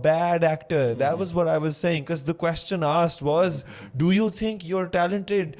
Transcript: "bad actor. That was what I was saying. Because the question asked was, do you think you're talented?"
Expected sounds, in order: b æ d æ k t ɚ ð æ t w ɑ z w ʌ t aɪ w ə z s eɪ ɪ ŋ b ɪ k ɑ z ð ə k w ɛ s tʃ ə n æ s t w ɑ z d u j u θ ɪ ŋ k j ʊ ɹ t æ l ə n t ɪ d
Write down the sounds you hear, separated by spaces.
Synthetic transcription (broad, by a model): b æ d æ k t ɚ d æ t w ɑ z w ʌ t aɪ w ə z s eɪ ɪ ŋ k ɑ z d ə k w ɛ s tʃ ə n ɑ s t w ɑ z d u j u t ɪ ŋ k j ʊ ɹ t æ l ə n t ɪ d